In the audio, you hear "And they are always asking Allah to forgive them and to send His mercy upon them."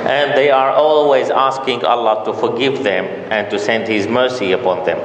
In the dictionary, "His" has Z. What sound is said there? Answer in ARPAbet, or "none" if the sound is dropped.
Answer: Z